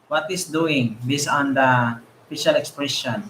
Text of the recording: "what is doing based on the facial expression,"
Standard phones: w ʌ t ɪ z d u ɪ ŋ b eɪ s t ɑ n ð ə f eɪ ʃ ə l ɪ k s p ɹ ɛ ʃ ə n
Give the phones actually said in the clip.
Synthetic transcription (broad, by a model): w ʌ t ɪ s d u ɪ ŋ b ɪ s ɑ n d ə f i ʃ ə l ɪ k s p ɹ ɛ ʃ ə n